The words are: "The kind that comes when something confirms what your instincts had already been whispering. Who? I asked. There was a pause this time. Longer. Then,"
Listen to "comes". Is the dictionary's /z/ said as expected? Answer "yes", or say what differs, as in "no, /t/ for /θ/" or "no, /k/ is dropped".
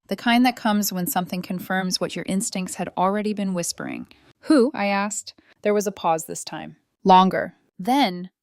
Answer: yes